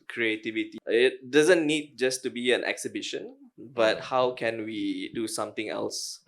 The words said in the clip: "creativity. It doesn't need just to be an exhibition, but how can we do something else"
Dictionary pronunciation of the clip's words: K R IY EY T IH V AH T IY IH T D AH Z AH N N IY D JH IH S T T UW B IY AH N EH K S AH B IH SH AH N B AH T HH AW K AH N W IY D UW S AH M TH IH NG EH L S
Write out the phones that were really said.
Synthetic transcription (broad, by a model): K R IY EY T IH V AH T IY IH T D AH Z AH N N IY D JH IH S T T UW B IY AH N EH K S AH B IH SH AH N B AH T HH AW K AH N W IY D UW S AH M T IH NG EH L S